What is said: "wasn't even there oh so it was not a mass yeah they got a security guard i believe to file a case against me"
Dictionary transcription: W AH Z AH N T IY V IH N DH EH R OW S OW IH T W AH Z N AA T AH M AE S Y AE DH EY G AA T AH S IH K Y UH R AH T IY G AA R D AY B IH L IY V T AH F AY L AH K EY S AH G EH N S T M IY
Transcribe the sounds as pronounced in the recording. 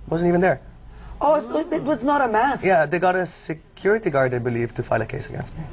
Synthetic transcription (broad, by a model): W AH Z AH N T IY V N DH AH R OW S IH T W AH Z N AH T AH M AE S Y AE DH EY G AA T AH S IH K Y UH R AH T IY G AA R D AY B IH L IY V T AH F AY L AH K EY S AH G EH N S T M IY